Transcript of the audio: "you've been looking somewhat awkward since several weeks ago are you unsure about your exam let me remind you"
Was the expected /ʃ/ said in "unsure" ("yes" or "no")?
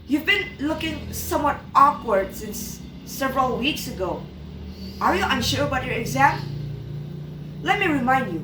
yes